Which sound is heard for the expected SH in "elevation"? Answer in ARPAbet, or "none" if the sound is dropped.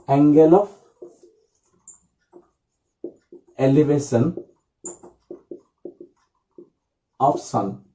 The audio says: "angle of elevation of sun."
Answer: S